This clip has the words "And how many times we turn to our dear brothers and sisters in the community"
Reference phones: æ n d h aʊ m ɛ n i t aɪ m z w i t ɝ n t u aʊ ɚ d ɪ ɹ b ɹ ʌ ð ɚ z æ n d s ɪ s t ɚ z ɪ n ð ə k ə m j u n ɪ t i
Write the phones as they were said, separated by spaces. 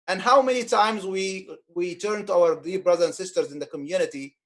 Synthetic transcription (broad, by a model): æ n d h aʊ m ɛ n i t aɪ m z w i t ɝ n t u aʊ ɚ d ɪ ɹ b ɹ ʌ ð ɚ æ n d s ɪ s t ɚ z ɪ n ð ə k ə m j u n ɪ t i